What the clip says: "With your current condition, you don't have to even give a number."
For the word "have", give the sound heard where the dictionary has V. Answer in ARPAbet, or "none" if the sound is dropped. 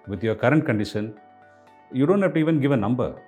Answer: P